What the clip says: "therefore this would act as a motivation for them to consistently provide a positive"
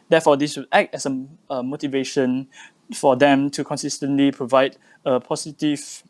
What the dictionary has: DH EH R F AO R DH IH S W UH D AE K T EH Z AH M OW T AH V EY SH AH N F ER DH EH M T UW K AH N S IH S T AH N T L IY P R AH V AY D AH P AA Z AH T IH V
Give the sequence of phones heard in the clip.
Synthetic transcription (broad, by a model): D EH F AO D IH S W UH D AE K T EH S AH M OW T AH V EY SH AH N F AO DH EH M T UW K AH N S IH S T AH N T L IY P R AH V AY D AH P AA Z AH T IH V